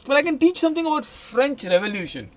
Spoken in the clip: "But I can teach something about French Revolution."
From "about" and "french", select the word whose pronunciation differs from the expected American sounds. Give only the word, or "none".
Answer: none